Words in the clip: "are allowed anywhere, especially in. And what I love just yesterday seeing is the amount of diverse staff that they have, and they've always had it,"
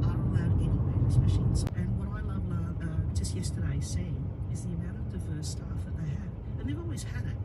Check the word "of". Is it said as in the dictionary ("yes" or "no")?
yes